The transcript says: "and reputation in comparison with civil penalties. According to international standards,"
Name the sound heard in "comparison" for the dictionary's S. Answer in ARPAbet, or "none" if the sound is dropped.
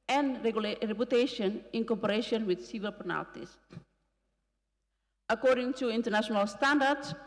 SH